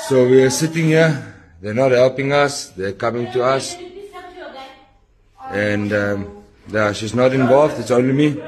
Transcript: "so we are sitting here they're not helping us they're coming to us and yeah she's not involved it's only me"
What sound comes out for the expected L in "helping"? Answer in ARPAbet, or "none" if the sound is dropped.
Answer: L